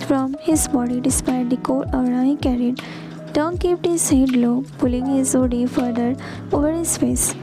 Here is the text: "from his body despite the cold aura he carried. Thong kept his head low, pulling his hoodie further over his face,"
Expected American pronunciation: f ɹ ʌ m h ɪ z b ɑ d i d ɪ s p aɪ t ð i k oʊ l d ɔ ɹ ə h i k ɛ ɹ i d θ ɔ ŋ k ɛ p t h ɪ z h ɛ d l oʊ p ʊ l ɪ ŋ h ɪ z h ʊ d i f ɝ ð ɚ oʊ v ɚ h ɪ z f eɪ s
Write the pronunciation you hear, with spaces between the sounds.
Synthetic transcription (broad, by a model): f ɹ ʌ m h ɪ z b ɑ d i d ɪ s p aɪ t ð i k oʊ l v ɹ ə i k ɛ ɹ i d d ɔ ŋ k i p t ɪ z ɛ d l oʊ p ʊ l ɪ ŋ h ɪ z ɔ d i f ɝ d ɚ oʊ v ɚ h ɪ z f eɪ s